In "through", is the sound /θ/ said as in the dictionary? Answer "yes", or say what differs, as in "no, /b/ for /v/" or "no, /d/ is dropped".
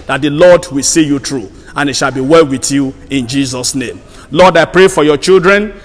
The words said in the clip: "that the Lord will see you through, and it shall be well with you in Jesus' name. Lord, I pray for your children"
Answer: no, /t/ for /θ/